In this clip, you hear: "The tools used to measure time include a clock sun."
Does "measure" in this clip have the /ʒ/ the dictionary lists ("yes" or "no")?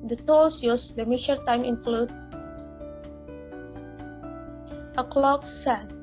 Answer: no